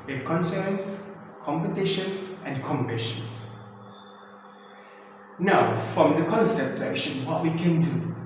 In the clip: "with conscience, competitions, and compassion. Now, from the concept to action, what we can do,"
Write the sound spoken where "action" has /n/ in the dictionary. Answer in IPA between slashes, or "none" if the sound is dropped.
/l/